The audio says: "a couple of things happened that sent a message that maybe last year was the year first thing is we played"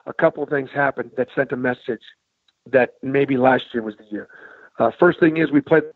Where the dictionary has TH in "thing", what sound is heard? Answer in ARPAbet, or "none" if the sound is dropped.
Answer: TH